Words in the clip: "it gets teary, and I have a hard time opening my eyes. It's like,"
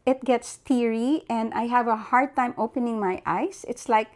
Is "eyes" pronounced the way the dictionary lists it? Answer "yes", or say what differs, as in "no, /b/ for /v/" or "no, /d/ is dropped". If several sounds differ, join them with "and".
no, /s/ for /z/